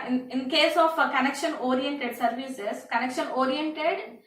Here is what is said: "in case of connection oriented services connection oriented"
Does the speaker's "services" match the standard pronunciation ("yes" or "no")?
no